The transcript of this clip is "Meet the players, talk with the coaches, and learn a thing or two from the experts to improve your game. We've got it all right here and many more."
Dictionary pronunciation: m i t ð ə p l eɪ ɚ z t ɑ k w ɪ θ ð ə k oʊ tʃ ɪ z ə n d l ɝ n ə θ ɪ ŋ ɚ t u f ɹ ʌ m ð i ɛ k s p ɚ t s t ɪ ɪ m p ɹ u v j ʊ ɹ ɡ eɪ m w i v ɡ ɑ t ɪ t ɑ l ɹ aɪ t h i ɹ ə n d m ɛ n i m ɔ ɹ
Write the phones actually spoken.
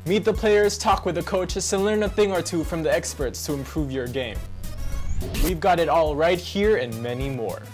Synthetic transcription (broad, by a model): m i t ð ə p l eɪ ɚ z t ɑ k w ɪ ð ə k oʊ tʃ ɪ s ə n l ɝ n ə θ ɪ ŋ ɚ t u f ɹ ʌ m ð i ɛ k s p ɚ t s t ɪ ɪ m p ɹ u v j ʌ ɹ ɡ eɪ m w i v ɡ ɑ t ɪ t ɑ l ɹ aɪ t h i ɹ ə n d m ɛ n i m ɔ ɹ